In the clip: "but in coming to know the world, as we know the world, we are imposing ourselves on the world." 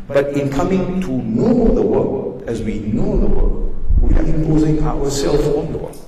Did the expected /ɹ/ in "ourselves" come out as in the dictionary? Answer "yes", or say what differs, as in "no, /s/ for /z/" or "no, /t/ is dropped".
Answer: no, /w/ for /ɹ/